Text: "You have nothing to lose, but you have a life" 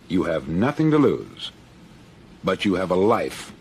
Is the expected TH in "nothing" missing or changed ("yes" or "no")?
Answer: no